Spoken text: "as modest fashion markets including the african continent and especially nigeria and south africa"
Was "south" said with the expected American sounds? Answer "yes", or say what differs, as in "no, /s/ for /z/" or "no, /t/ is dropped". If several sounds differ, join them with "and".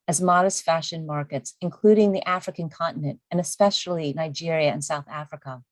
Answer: yes